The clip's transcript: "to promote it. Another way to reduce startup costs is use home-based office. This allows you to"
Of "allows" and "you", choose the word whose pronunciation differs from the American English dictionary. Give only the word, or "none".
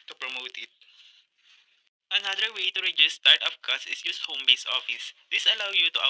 allows